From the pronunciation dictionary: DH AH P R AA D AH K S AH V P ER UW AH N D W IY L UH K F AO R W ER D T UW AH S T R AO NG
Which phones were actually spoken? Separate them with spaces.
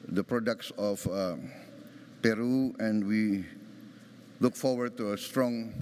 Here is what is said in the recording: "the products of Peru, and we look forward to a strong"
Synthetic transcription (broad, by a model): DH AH P R AA D AH K S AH F P ER UW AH N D W IY L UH K F AO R W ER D T UW AH S T R AO NG